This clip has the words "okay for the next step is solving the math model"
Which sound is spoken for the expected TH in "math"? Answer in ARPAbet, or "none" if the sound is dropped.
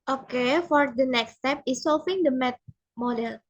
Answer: T